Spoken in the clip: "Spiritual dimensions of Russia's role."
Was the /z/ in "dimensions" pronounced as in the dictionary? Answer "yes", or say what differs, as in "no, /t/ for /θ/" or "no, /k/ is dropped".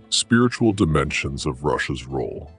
yes